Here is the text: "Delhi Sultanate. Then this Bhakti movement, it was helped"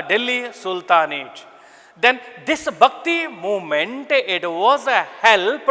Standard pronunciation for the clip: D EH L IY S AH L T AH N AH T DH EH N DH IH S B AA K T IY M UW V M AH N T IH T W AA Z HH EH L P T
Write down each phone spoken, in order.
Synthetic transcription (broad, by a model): D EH L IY S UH L T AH N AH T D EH N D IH S B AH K T IY M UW M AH N T IH T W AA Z HH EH L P